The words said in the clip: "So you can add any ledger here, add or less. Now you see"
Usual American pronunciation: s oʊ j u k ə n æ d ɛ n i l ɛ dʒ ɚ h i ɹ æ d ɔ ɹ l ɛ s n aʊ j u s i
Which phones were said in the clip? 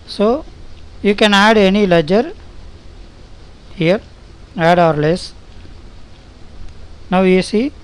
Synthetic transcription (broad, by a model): s oʊ j u k ə n æ d ɛ n i l ɛ dʒ ɚ h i ɹ æ d ɔ ɹ l ɛ s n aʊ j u s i